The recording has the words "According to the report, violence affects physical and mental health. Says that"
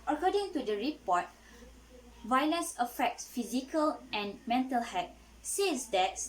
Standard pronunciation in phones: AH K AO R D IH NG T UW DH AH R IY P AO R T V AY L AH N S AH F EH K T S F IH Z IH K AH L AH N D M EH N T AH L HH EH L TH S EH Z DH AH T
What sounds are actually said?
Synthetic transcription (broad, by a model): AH K AO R D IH NG T UW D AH R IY P AO T V AY L AH N S AH F EH K T S F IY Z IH K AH L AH N M EH N T AH L HH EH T S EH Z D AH T